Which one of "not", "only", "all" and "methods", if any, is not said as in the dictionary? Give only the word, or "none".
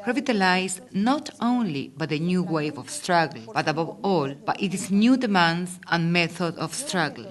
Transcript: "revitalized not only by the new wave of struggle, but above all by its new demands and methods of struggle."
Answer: methods